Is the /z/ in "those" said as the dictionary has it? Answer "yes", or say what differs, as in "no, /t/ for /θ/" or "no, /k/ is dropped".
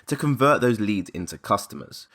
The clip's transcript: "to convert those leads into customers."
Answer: yes